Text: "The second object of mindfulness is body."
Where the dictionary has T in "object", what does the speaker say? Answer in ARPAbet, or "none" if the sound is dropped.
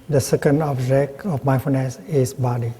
none